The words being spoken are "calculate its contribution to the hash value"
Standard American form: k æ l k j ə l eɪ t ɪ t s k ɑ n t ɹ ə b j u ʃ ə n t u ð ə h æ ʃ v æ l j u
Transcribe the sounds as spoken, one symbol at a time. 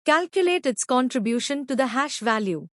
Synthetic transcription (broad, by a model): k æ l k j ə l eɪ t ɪ t s k ɑ n t ɹ ə b j u ʃ ə n t u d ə h æ ʃ v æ l j u